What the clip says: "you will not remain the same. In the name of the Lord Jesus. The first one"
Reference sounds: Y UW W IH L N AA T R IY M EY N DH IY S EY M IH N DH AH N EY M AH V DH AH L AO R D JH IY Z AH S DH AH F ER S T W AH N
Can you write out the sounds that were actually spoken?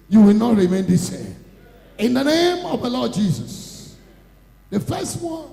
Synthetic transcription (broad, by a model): Y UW W IH L N AA T R IY M EY N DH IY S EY IH N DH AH N EY M AH V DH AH L AO D JH IY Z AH S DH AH F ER S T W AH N